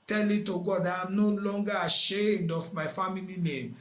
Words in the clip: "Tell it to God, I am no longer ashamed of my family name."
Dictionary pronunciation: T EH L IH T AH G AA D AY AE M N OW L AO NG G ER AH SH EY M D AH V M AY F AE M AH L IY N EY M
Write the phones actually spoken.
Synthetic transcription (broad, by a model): T EH L IH T AH G AA D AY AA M N OW L AO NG G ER AH SH EY M D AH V M AY F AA M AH L IY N EY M